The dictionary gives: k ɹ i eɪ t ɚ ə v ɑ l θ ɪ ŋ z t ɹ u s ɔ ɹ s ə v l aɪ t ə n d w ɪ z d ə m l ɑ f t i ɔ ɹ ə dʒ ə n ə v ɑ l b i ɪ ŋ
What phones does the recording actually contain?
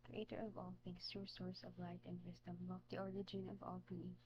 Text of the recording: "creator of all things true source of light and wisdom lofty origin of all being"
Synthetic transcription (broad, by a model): k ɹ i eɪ t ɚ ə v ɑ l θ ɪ ŋ s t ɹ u s ɔ ɹ s ə v l aɪ t ə n d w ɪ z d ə m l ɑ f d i ɔ ɹ ə dʒ ə n ə v ɑ l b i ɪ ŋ